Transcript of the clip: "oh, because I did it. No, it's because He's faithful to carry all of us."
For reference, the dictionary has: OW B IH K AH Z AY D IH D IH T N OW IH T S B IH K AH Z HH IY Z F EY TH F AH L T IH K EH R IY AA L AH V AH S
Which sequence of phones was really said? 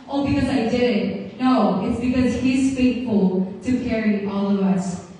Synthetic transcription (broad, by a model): OW B IH K AH Z AY D IH D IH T N OW IH T S B IH K AH Z HH IY Z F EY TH F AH L T IH K EH R IY AA L AH V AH S